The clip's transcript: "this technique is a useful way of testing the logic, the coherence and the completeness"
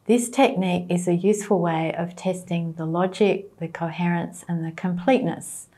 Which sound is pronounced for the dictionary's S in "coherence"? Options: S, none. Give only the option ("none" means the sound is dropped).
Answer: S